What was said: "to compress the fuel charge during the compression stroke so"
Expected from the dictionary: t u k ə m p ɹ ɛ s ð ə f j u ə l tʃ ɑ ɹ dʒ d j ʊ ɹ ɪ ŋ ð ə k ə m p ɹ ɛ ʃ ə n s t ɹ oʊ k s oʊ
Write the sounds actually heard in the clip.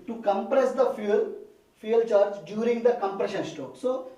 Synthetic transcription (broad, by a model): t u k ə m p ɹ ɛ s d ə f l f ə l tʃ ɑ ɹ dʒ d j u ɹ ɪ ŋ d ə k ə m p ɹ ɛ ʃ ə n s t oʊ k s oʊ